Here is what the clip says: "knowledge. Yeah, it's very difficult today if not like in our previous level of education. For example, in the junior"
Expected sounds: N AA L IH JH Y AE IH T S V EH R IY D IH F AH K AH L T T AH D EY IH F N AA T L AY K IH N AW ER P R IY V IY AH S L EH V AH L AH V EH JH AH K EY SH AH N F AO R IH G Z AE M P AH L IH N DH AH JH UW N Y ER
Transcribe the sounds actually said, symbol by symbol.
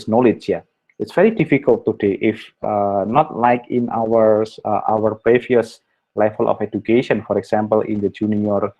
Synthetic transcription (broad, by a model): N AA L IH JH Y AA IH T S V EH R IY D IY F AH K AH L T T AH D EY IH F N AA T L AY K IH N AW ER P R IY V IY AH S L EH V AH L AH F EH JH AH K EY SH AH N F AO R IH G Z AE M P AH L IH N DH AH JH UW N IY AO